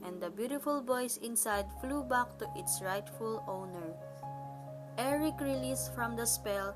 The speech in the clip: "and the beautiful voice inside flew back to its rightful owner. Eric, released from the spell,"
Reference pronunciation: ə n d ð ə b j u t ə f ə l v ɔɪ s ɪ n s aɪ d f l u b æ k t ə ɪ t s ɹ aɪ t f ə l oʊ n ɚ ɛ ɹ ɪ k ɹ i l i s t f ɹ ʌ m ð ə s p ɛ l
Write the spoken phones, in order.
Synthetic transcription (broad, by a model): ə n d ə b j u t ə f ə l b ɔɪ s ɪ n s aɪ d f l u b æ k t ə ɪ t s ɹ aɪ t f ə l oʊ n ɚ ɛ ɹ ɪ k ɹ i l i s t f ɹ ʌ m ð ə s p ɛ l